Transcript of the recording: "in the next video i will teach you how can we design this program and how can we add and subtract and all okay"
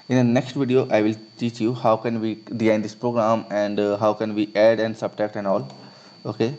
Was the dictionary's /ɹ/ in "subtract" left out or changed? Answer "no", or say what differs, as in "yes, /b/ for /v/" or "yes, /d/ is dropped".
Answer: yes, /ɹ/ is dropped